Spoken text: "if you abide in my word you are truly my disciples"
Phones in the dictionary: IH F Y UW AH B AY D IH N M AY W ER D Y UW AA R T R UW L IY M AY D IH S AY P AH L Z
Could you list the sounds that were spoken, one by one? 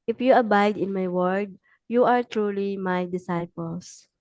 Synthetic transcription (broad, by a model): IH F Y UW AH B AY D IH N M AY W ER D Y UW AA R T R UW L IY M AY D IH S AY P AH L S